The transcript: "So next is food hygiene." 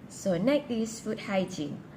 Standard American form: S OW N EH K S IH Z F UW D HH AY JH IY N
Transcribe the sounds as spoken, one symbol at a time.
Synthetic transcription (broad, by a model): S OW N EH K IH S F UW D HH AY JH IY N